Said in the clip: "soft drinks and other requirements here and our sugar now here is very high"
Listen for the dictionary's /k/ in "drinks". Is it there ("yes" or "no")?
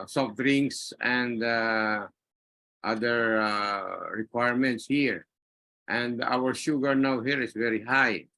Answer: no